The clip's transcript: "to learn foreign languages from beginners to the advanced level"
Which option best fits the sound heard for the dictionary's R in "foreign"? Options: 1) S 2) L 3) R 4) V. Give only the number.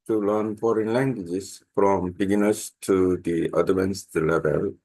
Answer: 3